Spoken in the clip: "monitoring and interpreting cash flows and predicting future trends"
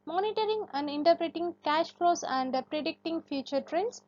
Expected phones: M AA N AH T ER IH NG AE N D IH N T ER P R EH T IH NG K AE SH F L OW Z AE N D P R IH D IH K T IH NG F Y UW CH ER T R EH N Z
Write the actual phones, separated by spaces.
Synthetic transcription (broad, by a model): M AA N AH T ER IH NG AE N D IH N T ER P R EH T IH NG K AE SH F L OW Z AE N D P R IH D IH K T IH NG F Y UW CH ER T R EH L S